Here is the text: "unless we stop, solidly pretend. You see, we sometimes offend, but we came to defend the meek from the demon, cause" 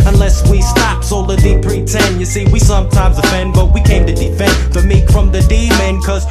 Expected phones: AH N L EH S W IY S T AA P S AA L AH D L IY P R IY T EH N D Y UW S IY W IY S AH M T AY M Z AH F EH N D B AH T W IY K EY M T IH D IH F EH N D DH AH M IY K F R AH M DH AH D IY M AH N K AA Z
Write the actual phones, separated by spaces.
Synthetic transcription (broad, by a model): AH N L EH S W IY S T AA P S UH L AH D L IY P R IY T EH N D Y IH S IY W IY S AH M T AY M Z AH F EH N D B AH T W IY K EY M T IH D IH F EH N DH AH M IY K F R AH M DH AH D IY M AH N K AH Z